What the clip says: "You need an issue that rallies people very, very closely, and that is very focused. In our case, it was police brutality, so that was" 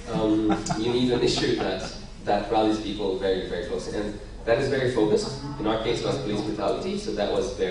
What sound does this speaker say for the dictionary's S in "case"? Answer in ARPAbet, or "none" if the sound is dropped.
none